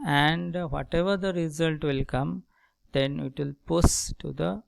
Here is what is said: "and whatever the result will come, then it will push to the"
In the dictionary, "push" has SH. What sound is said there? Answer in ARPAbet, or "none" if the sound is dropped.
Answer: S